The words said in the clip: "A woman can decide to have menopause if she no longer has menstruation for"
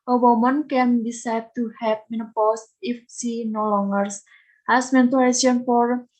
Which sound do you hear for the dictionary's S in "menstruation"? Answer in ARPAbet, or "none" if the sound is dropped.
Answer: none